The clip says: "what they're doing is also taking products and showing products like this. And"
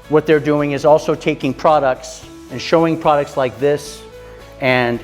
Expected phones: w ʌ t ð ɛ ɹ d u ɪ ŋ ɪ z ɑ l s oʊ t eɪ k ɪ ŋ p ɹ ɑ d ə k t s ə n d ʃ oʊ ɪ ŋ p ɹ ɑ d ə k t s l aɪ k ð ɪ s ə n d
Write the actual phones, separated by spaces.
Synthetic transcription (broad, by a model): w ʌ t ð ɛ ɹ d u ɪ ŋ ɪ z ɑ l s oʊ t eɪ k ɪ ŋ p ɹ ɑ d ə k t s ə n ʃ oʊ ɪ ŋ p ɹ ɑ d ə k t s l aɪ k ð ɪ s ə n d